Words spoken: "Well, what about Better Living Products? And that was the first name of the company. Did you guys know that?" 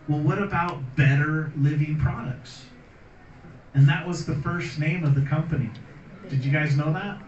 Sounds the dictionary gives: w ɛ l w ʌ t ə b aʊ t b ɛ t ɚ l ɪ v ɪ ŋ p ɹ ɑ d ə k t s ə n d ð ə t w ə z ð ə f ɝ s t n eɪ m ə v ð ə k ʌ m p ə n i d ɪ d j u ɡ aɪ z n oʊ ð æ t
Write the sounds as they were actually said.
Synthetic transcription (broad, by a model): w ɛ l w ʌ t ə b aʊ t b ɛ t ɚ l ɪ v ɪ ŋ p ɹ ɑ d ə k t s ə n ð ə t w ə z ð ə f ɝ s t n eɪ m ə v ð ə k ʌ m p ə n i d ɪ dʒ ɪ ɡ aɪ z n oʊ ð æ t